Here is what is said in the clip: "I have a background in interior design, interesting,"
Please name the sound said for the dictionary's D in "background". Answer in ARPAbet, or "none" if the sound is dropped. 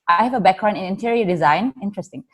none